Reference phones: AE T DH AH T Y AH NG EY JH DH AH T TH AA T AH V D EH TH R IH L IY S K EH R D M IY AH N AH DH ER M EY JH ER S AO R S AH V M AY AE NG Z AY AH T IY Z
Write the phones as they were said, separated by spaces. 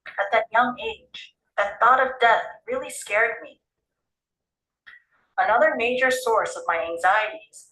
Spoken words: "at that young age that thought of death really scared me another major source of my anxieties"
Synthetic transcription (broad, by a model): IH T DH AH T Y AH NG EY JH DH AH T TH AA T AH V D EH TH R IH L IY S K EH R D M IY AH N AH DH ER M EY JH ER S AO R S AH V M AY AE NG Z AY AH T IY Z